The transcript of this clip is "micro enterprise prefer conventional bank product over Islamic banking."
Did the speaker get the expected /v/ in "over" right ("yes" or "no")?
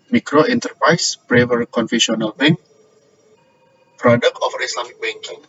no